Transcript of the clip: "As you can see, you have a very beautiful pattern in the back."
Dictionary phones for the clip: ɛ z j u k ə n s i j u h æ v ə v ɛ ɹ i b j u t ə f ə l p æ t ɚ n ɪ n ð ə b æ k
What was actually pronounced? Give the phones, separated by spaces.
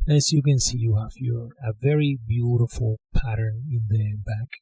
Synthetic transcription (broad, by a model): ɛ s j u k ə n s i j u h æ f ə v ɛ ɹ i b j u t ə f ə l p æ t ɚ n ɪ n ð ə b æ k